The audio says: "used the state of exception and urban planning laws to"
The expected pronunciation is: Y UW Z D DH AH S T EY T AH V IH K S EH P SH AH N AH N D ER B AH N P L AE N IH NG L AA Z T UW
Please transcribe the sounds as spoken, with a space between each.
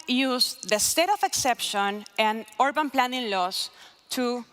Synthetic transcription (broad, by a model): Y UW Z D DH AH S T EY T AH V IH K S EH P SH AH N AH N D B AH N P L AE N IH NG L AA S T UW